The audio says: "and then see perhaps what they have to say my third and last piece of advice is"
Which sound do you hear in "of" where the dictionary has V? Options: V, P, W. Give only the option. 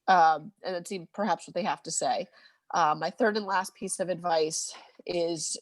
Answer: V